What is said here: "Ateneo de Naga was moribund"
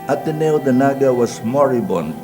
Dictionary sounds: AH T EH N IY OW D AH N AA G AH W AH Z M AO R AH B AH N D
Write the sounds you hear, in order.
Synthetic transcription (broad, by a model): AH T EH N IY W D AH N AA G AH W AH S M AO R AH B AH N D